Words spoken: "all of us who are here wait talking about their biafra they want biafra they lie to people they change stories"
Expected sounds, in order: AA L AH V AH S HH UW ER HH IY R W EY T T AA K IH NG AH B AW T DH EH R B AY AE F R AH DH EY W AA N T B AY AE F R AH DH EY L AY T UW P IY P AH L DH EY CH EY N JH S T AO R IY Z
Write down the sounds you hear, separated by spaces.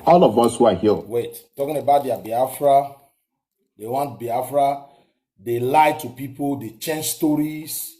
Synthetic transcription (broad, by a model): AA L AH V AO S HH UW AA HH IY L W EY T T AA K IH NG AH B AW T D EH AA B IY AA F R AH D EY W AA N T B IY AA F R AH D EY L AY T UW P IY P AH L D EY CH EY N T S T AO R IY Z